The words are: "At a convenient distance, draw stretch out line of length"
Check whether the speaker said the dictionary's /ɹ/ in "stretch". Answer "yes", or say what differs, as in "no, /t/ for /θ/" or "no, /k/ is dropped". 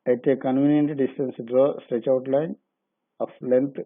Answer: yes